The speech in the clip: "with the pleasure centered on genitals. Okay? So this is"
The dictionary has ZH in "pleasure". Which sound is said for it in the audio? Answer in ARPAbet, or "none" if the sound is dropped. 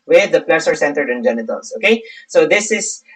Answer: S